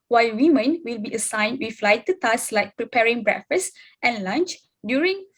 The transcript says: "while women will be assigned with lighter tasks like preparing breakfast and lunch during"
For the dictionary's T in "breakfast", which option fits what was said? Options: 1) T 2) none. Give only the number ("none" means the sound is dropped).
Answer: 1